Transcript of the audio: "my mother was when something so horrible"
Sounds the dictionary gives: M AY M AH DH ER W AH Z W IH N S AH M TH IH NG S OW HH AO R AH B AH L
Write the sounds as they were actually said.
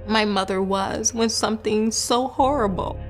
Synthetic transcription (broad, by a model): M AY M AH DH ER W AH Z W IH N S AH M TH IH NG S OW HH AO R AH B L